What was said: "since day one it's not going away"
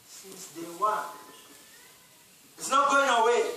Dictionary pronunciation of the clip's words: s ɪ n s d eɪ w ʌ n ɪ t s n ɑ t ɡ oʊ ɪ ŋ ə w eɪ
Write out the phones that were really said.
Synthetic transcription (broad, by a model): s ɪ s d eɪ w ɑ ɪ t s n ɑ t ɡ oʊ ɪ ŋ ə w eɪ